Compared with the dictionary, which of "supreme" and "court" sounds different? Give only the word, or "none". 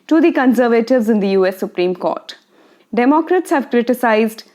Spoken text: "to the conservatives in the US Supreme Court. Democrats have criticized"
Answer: none